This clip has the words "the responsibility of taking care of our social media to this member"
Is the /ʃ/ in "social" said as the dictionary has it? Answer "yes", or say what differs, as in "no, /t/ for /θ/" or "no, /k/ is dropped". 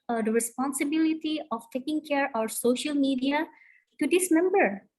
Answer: yes